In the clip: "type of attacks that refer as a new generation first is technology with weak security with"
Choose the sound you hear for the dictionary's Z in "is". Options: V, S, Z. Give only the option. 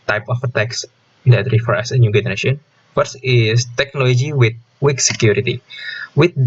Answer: S